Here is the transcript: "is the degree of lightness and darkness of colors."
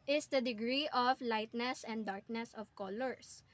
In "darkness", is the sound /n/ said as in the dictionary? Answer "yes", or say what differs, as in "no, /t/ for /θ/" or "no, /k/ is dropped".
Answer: yes